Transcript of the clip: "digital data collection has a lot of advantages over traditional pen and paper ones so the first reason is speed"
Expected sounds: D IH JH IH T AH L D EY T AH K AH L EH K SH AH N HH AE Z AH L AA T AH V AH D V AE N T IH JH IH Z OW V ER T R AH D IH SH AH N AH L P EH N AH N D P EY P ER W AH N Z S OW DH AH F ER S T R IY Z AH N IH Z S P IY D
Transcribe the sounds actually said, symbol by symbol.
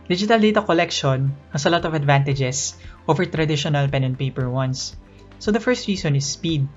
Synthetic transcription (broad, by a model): D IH JH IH T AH L D EY T AH K AH L EH K SH AH N HH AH S AH L AA T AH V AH D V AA N T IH JH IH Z OW V ER T R AH D IH SH AH N AH L P EH N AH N P EY P ER W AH N S OW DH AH F ER S T R IY S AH N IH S P IY D